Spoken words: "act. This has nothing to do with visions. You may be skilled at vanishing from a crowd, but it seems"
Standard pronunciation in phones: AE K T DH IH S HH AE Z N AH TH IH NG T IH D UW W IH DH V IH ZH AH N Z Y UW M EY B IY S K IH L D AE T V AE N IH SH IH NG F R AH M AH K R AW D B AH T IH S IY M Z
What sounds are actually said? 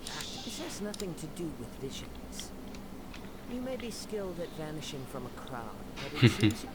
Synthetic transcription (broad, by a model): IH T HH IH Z N AH TH IH NG T IH D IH W IH DH V IH ZH AH N Z Y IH M EY B IY S K IH L D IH T V AE N IH SH IH NG F R AH M AH K R AW D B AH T IH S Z